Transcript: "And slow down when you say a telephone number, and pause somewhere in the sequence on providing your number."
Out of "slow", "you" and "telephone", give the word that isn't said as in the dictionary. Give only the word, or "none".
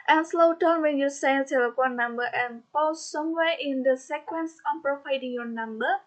telephone